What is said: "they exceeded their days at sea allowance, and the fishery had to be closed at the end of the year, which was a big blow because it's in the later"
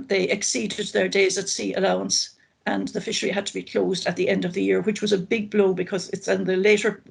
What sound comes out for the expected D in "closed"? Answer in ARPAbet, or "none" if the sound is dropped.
D